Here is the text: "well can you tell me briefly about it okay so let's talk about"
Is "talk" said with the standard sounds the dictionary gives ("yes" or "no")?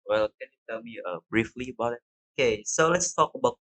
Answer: yes